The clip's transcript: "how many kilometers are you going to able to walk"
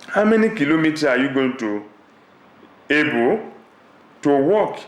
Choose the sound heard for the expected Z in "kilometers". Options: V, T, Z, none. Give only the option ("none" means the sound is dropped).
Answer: none